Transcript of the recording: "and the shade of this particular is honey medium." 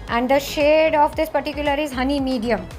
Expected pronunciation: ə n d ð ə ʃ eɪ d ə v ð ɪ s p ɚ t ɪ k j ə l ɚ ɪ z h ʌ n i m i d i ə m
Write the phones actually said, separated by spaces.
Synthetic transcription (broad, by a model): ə n d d ə ʃ eɪ d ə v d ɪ s p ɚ t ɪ k j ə l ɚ ɪ z h ʌ n i m i d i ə m